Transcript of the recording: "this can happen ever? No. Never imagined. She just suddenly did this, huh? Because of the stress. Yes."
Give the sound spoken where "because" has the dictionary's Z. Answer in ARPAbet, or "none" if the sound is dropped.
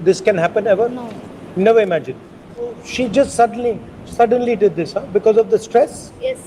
Z